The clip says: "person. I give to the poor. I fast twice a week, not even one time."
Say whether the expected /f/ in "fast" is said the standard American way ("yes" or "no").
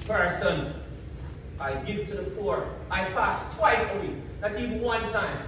no